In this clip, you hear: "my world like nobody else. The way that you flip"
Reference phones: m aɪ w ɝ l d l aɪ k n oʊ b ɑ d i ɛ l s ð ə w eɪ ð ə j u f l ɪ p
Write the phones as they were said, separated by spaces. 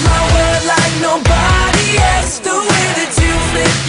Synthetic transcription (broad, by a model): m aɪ w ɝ d l aɪ k n oʊ b ɑ d i ɛ l s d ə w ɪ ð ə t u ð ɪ